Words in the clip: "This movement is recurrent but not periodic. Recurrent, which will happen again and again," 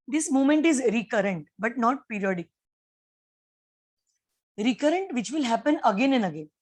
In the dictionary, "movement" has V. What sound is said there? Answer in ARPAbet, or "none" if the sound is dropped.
none